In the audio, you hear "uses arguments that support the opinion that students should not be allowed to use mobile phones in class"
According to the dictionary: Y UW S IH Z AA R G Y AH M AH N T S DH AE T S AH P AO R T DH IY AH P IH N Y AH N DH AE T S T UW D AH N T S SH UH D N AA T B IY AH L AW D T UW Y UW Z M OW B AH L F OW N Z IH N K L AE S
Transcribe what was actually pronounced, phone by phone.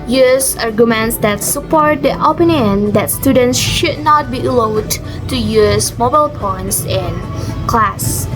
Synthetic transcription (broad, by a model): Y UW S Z AA R G Y AH M AH N T S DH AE T S AH P AO R T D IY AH P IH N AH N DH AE T S T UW D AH N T S SH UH D N AA T B IY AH L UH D T UW Y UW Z M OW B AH L P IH N S IH N K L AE S